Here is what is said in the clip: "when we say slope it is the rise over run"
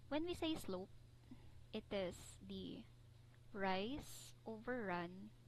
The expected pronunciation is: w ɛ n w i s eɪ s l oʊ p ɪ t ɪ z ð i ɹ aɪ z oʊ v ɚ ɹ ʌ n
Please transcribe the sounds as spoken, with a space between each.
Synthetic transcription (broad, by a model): w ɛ n w i s eɪ s l oʊ p ɪ t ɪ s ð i ɹ aɪ s oʊ v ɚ ɹ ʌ n